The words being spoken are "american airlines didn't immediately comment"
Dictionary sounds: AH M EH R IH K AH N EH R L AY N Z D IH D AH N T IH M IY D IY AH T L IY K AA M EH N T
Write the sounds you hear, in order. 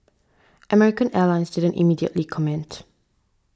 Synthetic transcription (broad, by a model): AH M EH R IH K AH N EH L AY N S D IH D AH N T IH M IY D IY AH T L IY K AA M EH N T